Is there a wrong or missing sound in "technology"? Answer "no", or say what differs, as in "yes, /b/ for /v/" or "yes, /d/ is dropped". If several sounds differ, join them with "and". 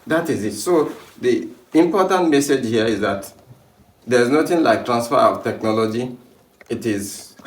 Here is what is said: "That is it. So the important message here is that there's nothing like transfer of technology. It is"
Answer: no